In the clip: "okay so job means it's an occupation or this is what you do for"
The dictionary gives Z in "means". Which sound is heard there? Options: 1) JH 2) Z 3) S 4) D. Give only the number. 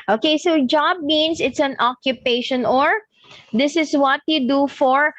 3